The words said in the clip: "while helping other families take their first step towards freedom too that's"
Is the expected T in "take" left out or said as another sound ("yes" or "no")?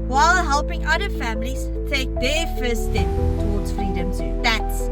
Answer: no